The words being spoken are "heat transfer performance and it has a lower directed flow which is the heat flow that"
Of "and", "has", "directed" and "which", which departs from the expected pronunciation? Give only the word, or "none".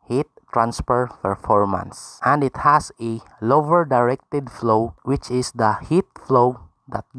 has